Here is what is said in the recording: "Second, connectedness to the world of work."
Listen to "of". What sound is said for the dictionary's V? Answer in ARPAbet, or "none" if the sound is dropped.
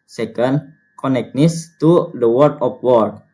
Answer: P